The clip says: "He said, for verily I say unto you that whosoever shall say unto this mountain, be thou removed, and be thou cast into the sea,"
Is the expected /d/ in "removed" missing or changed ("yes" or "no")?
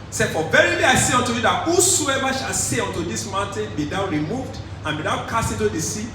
no